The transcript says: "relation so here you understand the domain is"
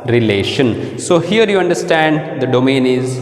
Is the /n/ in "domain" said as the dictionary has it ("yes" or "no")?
yes